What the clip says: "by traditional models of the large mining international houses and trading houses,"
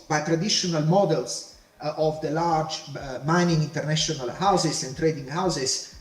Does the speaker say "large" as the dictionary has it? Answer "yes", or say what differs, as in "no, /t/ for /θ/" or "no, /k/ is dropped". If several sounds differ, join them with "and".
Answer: yes